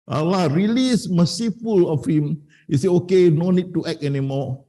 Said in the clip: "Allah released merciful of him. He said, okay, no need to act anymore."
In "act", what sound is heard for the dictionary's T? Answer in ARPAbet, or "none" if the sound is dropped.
none